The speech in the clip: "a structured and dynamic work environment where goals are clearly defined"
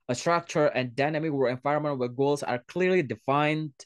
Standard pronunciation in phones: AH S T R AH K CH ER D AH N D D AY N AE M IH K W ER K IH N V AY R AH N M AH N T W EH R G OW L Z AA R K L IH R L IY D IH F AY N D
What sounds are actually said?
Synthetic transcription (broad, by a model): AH S T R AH K CH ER AH N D D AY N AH M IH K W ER IH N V AY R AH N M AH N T W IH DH G OW L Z AA R K L IH R L IY D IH F AY N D